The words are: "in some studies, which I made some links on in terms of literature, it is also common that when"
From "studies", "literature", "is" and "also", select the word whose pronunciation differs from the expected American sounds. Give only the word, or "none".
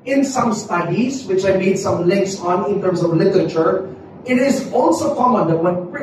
none